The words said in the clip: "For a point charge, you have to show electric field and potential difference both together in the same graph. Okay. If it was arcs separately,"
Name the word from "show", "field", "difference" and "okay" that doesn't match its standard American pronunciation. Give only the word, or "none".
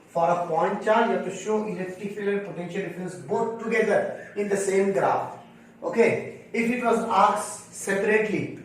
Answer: field